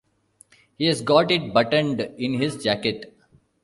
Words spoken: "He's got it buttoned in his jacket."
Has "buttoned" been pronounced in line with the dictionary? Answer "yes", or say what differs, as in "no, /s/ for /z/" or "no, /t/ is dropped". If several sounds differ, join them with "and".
yes